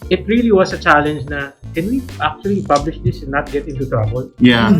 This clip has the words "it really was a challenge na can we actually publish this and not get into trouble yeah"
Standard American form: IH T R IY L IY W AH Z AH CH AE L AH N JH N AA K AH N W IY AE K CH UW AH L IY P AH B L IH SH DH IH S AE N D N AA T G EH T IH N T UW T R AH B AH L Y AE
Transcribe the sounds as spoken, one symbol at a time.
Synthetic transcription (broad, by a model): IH T R IY L IY W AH S AH CH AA L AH N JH N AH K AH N W IY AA K CH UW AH L IY P AH B L IH SH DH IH S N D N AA T G EH T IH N T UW T R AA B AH L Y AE